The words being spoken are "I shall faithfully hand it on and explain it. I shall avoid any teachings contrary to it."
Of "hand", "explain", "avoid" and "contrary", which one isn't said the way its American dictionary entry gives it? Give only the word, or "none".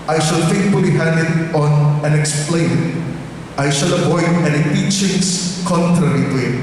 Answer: avoid